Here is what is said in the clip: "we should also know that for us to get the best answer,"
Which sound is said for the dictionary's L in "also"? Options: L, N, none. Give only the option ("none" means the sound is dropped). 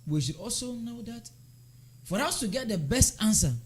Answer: L